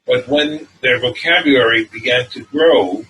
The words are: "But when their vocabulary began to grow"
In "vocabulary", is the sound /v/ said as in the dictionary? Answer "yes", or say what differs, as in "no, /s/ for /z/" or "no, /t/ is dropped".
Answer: yes